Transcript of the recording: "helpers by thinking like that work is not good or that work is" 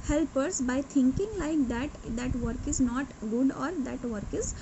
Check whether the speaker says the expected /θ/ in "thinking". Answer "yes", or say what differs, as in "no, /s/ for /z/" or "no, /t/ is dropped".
no, /t/ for /θ/